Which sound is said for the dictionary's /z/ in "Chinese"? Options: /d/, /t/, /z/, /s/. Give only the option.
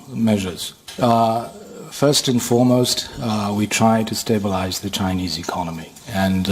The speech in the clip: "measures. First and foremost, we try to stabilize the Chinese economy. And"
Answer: /z/